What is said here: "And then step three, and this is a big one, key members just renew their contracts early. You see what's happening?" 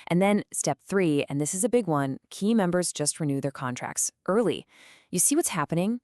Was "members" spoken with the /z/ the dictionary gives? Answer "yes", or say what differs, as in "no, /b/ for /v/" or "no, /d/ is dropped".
yes